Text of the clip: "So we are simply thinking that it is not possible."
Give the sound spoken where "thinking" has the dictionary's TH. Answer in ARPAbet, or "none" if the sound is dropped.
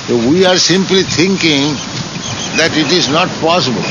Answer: T